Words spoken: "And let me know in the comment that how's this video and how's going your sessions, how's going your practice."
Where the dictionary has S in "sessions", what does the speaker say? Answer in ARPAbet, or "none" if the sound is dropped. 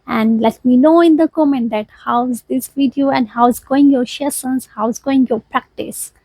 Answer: SH